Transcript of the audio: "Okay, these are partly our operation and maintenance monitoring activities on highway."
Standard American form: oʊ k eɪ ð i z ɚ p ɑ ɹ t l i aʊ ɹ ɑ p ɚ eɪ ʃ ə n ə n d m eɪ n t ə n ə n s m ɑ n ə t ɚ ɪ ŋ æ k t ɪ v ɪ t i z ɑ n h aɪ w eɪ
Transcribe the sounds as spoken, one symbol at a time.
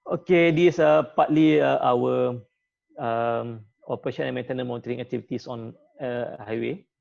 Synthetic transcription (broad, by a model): oʊ k eɪ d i s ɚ p ɑ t l i aʊ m ɑ p ɚ eɪ ʃ ə n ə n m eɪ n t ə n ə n m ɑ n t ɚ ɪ ŋ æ k t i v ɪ t i s ɑ n h aɪ w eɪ